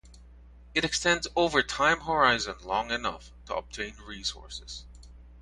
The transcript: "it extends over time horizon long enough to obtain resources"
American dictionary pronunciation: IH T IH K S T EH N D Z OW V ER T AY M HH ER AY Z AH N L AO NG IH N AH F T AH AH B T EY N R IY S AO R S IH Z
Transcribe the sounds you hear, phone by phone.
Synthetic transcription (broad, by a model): IH T IH K S T EH N D Z OW V ER T AY M HH ER AY Z AH N L AO NG IH N AH F T AH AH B T EY N R IY S AO R S IH Z